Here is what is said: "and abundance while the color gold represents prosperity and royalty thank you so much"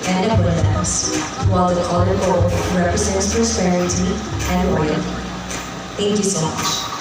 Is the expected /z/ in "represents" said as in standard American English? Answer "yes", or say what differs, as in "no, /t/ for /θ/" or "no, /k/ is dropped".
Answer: yes